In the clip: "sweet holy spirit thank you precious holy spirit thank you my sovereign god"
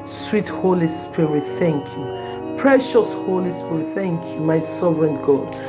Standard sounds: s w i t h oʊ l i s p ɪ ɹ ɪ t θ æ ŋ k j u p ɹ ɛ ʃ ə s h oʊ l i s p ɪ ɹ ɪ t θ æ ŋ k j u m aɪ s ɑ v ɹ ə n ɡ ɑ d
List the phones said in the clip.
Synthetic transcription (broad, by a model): s w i t h oʊ l i s p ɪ ɹ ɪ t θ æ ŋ k j u p ɹ ɛ ʃ ə s h oʊ l i s p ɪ ɹ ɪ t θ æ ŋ k j u m aɪ s ɑ v ɹ ə n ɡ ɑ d